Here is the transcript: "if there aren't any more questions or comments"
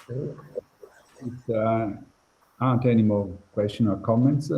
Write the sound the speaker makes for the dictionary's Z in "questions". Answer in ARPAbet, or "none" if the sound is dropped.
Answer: none